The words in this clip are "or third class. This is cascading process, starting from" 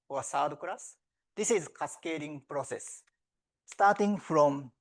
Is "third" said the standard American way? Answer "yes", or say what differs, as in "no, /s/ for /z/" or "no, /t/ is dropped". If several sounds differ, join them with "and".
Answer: no, /s/ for /θ/